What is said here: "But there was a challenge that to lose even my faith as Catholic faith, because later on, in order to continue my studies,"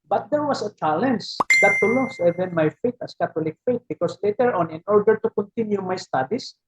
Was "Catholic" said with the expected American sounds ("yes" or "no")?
no